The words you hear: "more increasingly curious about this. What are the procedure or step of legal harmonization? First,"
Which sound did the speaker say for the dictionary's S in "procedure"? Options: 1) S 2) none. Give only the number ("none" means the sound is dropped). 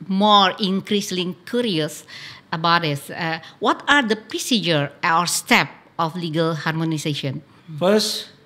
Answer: 1